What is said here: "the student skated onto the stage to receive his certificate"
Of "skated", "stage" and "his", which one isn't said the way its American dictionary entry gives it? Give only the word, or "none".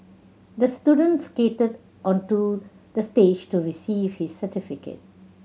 none